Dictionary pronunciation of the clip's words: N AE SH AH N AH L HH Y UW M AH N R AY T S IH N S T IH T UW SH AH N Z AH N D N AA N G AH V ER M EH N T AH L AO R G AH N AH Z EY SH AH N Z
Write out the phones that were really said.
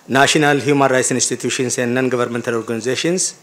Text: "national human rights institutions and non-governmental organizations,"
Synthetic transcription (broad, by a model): N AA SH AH N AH L HH Y UW M AH N R AY T S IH N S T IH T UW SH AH N S AH N D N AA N G AH V ER M EH N T AH L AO R G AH N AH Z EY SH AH N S